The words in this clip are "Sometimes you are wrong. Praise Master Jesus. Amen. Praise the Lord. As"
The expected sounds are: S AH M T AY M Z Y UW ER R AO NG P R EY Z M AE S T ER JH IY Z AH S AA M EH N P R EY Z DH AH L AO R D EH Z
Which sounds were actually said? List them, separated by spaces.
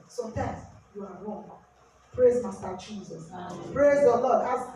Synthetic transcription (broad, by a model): S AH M T AY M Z Y UW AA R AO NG P R EY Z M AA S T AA CH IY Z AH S P R EY Z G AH L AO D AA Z